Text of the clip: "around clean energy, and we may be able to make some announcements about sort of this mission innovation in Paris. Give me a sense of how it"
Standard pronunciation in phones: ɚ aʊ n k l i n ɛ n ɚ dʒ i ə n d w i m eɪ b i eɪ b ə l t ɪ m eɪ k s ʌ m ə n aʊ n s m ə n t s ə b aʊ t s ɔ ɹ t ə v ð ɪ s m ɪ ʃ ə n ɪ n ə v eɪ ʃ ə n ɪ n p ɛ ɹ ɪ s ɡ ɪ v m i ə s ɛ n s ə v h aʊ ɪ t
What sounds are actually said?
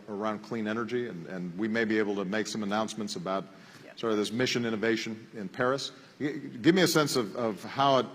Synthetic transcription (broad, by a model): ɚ aʊ n k l i n ɛ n ɚ dʒ i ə n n w i m eɪ b i eɪ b l t ɪ m eɪ k s ʌ m ə n aʊ n s m ə n t s ə b aʊ t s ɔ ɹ ə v ð ɪ s m ɪ ʃ ə n ɪ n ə v eɪ ʃ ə n ɪ n p ɛ ɹ ɪ s ɡ ɪ v m i ə s ɛ n s ə v h aʊ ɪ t